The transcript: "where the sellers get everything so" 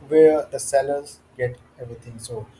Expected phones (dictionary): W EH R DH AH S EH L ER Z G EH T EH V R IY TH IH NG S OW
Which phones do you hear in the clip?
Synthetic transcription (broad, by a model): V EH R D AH S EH L ER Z G EH T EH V R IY T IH NG S OW